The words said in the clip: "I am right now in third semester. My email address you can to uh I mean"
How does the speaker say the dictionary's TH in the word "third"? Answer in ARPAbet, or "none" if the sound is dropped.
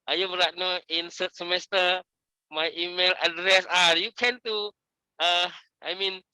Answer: S